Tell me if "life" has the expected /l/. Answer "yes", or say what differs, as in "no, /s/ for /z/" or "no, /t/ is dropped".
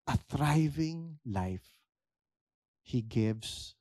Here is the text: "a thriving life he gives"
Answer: yes